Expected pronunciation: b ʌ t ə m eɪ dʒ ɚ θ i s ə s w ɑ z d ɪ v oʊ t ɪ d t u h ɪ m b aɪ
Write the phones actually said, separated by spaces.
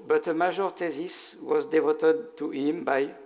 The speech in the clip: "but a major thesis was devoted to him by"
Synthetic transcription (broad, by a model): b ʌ t ə m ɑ ʒ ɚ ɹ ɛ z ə s w ɑ z d ɪ v oʊ t ɪ d t u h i m b aɪ